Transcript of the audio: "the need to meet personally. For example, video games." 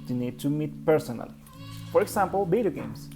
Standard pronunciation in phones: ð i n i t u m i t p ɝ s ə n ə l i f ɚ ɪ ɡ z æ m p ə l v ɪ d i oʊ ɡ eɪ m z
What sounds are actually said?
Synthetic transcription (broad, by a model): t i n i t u m i t p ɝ s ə n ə l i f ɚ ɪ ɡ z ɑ m p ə l b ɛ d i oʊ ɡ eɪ m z